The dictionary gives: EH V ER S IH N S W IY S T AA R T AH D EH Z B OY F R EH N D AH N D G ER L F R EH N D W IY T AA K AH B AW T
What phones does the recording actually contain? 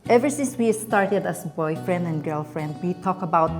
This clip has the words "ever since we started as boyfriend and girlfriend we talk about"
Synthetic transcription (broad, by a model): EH V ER S IH N S W IY S T AA R T AH D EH S B OY F R EH N D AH N G ER L F R EH N D W IY T AA K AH B AW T